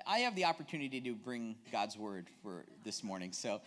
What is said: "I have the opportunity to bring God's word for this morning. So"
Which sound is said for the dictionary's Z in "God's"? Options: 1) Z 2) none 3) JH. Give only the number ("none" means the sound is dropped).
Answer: 1